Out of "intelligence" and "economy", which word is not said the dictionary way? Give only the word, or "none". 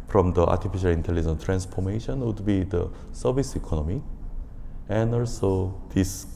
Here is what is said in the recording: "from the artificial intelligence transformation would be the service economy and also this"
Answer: intelligence